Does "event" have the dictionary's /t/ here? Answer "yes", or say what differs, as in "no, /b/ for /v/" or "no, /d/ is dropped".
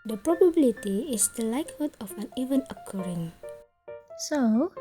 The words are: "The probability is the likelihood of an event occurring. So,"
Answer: no, /t/ is dropped